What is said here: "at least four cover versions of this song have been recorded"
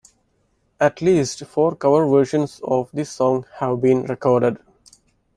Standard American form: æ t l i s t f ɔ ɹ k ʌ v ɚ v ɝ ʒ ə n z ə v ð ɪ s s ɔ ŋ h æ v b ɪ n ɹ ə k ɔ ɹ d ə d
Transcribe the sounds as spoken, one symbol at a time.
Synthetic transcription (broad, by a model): æ t l i s t f ɔ ɹ k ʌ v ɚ v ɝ ʃ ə n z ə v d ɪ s s ɔ ŋ h æ v b ɪ n ɹ ə k ɔ ɹ d ə d